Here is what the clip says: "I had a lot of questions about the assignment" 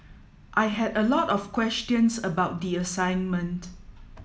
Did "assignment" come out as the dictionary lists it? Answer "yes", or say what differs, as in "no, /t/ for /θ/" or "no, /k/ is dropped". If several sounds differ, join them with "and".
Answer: yes